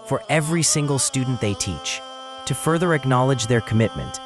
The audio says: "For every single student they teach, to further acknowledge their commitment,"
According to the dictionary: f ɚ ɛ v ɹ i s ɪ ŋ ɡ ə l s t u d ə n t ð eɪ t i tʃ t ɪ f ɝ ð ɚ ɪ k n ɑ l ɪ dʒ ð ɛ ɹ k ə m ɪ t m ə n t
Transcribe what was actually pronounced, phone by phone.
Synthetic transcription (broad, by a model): f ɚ ɛ v ɹ i s ɪ ŋ ɡ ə l s t u d n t ð eɪ t i tʃ t ɪ f ɝ ð ɚ ɪ k n ɑ l ɪ dʒ ð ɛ ɹ k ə m ɪ t m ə n t